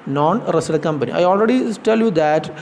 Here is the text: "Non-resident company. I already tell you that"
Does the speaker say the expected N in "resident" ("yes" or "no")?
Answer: no